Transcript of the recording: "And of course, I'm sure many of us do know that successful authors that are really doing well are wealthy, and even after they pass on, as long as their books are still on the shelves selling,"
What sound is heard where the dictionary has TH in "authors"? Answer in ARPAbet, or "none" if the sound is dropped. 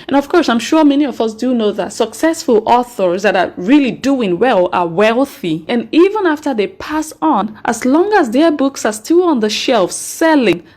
TH